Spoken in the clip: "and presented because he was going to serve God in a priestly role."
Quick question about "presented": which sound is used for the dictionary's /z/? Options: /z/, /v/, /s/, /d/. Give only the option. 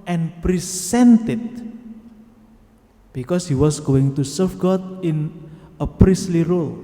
/s/